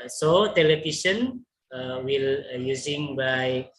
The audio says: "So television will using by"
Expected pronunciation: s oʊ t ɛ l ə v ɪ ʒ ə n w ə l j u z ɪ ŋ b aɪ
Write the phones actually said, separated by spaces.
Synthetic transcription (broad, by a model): s oʊ t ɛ l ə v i ʃ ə n w ə l j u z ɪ ŋ b aɪ